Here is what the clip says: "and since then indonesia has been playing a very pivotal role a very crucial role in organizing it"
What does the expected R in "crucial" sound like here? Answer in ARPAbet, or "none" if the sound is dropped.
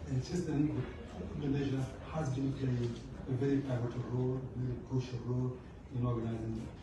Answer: none